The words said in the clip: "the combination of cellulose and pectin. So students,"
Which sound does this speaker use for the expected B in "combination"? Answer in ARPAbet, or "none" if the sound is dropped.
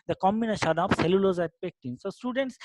none